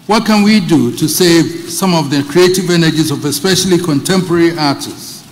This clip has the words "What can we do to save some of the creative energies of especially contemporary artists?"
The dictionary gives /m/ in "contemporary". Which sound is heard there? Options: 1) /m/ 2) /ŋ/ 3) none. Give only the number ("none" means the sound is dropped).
1